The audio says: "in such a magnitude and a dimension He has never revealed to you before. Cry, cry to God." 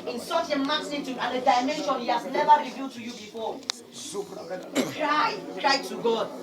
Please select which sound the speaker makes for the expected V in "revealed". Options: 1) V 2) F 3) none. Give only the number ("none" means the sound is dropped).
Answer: 1